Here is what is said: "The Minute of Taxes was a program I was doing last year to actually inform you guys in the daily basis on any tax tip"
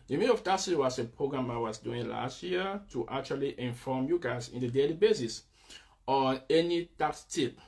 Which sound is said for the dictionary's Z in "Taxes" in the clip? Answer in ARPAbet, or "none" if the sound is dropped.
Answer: none